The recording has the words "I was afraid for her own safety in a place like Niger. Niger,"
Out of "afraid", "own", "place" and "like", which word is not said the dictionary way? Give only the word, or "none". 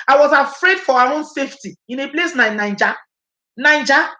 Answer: like